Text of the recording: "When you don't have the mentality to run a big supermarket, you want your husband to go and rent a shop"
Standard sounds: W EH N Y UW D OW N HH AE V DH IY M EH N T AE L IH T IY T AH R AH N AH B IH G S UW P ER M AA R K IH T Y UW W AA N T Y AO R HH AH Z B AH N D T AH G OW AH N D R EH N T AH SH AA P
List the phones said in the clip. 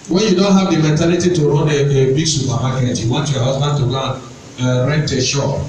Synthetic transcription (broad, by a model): W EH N Y UW D OW N HH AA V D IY M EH N T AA L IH T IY T AH R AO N AH B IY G S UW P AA M AA K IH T Y UW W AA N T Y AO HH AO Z B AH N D T AH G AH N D R EH N T AH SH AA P